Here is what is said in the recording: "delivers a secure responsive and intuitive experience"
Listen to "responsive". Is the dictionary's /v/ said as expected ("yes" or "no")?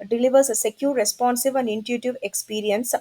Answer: yes